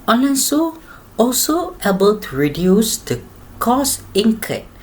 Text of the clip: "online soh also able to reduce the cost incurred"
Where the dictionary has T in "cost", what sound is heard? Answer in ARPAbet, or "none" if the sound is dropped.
none